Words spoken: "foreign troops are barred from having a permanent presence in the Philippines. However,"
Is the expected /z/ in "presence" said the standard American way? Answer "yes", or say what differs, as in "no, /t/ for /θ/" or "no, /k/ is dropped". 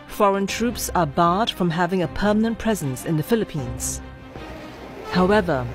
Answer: yes